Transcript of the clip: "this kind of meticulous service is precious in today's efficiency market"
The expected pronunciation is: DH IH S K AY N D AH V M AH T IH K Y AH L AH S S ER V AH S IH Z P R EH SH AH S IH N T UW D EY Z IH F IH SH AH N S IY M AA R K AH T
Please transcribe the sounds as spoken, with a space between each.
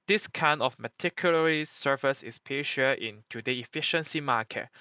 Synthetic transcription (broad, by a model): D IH S K AY N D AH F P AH T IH K Y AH L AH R S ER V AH S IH S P EH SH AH IH N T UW D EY IH F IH SH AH N S IY M AA K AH T